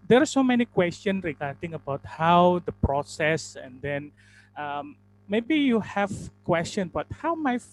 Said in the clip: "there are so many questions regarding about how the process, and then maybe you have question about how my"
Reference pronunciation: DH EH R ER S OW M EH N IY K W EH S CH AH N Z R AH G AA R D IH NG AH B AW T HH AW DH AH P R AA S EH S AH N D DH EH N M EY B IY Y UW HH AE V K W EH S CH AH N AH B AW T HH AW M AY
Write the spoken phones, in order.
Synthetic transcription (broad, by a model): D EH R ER S OW M EH N IY K W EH S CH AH N R AH G AA R D IH NG AH B AW T HH AW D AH P R AA S EH S AH N D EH N M EY B IY Y UW HH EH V K W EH S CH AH N B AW T HH AW M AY